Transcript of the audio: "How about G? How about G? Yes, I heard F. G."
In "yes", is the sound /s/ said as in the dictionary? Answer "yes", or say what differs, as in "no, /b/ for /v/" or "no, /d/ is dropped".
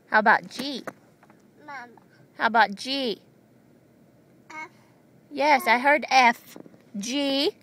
yes